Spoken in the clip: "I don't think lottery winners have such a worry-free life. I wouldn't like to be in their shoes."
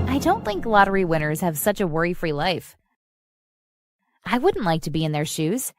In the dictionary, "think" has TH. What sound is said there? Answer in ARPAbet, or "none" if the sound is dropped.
TH